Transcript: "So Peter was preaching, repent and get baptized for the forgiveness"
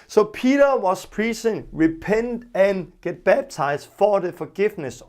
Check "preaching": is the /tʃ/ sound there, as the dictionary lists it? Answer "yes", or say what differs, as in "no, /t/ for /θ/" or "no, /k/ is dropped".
no, /s/ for /tʃ/